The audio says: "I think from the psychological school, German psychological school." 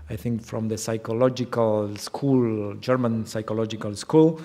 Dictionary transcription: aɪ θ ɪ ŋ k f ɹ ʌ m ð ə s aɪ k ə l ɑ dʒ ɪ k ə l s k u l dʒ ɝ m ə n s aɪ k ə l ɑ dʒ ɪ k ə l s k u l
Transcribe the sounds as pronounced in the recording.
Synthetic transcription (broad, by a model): aɪ θ ɪ ŋ k f ɹ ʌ m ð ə s aɪ k ə l ɑ dʒ ɪ k ə l s k u l dʒ ɝ m ə n s aɪ k ə l ɑ dʒ ɪ k ə l s k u l